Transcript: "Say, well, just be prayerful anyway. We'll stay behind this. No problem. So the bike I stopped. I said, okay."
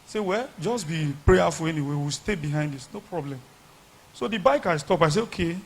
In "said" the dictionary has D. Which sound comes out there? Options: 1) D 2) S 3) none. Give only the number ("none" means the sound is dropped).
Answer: 3